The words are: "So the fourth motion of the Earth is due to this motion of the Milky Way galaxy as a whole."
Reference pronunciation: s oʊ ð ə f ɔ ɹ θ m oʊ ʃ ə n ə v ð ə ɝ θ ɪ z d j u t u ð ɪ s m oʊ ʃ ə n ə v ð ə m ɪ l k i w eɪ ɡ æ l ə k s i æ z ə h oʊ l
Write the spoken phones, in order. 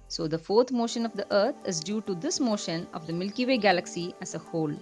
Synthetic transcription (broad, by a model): s oʊ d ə f ɔ ɹ t m oʊ ʃ ə n ə v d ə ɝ t ɪ z d j u t u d ɪ s m oʊ ʃ ə n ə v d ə m ɪ l k i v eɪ ɡ æ l ə k s i æ z ə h oʊ l